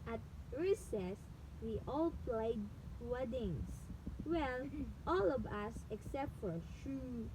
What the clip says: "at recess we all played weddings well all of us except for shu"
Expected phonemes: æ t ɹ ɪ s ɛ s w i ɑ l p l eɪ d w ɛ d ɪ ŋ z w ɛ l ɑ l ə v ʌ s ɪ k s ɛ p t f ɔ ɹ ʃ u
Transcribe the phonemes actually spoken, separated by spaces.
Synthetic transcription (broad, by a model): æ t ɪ s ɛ s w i ɑ l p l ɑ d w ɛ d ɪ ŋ s w ɛ l ɑ l ə v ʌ s ɪ k s ɛ p t f ɔ ɹ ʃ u